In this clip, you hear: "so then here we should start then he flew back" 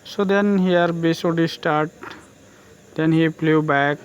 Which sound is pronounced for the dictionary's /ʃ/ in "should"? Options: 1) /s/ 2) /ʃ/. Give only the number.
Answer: 1